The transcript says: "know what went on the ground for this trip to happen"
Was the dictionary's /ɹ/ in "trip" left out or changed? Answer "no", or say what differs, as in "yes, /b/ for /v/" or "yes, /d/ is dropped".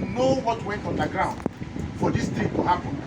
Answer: yes, /ɹ/ is dropped